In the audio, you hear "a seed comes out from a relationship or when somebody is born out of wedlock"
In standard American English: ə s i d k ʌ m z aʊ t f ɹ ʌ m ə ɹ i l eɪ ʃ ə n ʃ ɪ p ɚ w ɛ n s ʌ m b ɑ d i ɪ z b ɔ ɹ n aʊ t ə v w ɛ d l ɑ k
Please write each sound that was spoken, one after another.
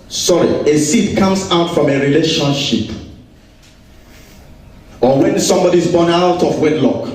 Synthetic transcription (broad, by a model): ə s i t k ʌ m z aʊ t f ɹ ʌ m ə ɹ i l eɪ ʃ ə n ʃ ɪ p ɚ w ɛ n s ʌ m b ɑ d i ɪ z b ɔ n aʊ t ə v w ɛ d l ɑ k